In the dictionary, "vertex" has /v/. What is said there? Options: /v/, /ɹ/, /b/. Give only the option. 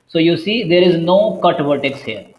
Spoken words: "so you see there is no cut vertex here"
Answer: /b/